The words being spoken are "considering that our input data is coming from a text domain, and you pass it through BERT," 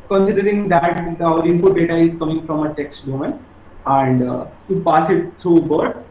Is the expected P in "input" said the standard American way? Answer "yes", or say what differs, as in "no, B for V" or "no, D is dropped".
no, F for P